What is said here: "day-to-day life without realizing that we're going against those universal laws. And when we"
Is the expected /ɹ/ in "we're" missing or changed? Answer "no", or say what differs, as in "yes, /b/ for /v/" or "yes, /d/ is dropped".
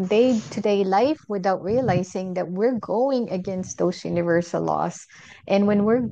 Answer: no